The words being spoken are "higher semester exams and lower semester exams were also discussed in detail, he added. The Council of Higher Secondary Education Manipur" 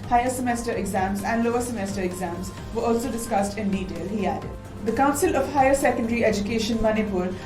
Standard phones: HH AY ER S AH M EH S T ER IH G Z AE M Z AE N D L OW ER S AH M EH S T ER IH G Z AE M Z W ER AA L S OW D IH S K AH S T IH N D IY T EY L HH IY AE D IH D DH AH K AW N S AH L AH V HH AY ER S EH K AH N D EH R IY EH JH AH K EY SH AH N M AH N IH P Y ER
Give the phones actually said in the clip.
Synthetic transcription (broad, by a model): HH AY ER S AH M EH S T ER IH G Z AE M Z AE N D L OW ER S AH M EH S T ER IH G Z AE M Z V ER AA L S OW D IH S K AH S T IH N D IY T EY L HH IY AE D IH D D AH K AW N S AH L AH V HH AY ER S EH K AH N D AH R IY EH JH AH K EY SH AH N M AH N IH P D